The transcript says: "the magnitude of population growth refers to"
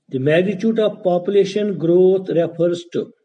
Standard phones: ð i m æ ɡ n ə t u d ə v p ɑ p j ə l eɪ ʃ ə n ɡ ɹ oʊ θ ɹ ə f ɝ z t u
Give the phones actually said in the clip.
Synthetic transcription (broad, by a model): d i m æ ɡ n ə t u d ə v p ɑ p j ə l eɪ ʃ ə n ɡ ɹ oʊ t ɹ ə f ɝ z t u